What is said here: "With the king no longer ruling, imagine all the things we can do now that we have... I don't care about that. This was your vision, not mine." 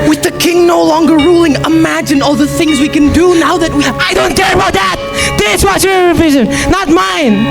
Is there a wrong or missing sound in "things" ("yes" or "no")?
no